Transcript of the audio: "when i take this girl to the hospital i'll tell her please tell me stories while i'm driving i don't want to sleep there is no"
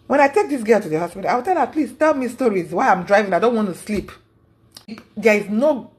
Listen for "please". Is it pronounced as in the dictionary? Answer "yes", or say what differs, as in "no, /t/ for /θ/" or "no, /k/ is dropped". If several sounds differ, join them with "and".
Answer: no, /s/ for /z/